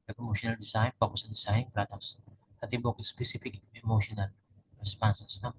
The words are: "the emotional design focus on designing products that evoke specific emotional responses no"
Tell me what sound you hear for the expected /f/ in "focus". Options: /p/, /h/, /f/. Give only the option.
/p/